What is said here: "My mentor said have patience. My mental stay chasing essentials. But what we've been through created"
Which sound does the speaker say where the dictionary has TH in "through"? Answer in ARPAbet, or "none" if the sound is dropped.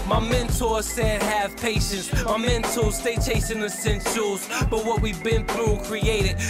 TH